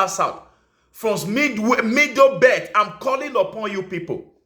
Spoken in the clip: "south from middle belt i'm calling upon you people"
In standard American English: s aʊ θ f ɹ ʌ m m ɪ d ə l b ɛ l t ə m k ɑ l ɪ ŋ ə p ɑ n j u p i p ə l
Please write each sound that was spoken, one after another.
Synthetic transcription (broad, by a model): s aʊ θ f ɹ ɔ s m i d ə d b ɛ t ə m k ɑ l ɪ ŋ ə p ɑ n j u p i p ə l